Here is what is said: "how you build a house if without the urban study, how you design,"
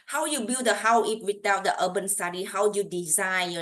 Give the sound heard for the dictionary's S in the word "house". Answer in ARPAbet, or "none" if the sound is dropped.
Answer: none